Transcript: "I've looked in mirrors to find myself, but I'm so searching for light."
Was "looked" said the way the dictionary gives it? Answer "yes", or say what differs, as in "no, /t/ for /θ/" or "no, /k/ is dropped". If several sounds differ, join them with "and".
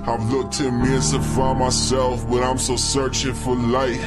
yes